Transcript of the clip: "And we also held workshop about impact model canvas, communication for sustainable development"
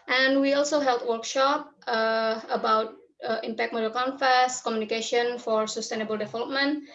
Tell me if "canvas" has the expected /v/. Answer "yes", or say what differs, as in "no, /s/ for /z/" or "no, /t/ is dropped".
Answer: no, /f/ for /v/